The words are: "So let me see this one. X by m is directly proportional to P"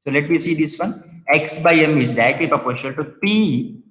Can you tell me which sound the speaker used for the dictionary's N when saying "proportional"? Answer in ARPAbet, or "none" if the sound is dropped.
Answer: none